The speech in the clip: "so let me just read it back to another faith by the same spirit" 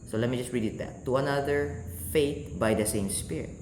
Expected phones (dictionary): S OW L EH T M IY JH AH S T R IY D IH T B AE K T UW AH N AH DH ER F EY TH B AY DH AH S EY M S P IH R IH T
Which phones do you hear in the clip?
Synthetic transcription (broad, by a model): S OW L EH T M IY JH AH S T R IY D IH T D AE T UW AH N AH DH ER F EY T B AY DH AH S EY M S P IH R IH T